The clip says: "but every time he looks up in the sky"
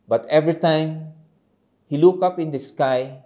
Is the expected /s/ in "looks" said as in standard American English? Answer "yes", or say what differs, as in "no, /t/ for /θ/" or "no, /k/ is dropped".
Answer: no, /s/ is dropped